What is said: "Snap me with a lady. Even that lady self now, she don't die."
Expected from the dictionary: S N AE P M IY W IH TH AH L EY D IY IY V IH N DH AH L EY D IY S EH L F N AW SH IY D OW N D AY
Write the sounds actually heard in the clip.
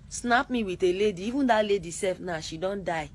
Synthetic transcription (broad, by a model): S N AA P M IY W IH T AH L EY D IY IY V IH N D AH L EY D IY S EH F N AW SH IY D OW N D AY